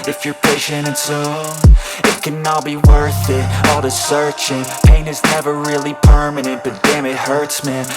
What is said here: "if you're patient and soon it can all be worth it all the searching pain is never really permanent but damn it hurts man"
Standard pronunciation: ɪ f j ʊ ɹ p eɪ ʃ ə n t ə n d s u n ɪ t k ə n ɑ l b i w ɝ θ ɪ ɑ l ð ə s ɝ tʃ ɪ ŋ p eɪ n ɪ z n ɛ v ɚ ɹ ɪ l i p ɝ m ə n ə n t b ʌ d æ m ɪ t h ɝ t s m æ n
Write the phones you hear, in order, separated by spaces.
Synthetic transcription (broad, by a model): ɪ f j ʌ ɹ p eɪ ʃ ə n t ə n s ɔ ɪ t k ə n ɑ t b i w ɝ θ ɪ ɑ l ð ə s ɝ tʃ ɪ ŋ p eɪ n ɪ z n ɛ v ɚ ɹ ɪ l i p ɝ m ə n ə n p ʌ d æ m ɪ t h ɝ t s m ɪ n